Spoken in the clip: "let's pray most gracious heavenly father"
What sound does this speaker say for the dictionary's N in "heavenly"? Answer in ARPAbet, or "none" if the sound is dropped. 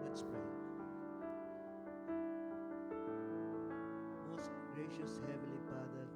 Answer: none